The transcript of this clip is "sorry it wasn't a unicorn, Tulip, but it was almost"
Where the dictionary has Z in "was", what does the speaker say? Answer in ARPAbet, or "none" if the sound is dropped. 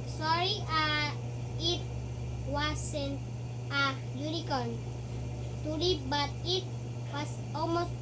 S